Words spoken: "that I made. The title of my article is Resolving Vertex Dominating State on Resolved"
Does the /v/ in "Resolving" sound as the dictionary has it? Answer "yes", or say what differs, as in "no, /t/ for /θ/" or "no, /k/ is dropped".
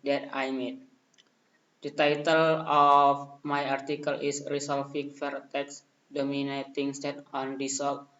no, /f/ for /v/